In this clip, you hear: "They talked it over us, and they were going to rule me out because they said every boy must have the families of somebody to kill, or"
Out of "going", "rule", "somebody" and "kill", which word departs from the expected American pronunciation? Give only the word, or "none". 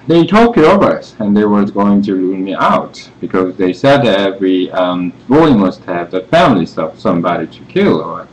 rule